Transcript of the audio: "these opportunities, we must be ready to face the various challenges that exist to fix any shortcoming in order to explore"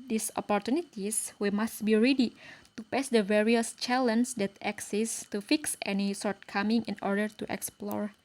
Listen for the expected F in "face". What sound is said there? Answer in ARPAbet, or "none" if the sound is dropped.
P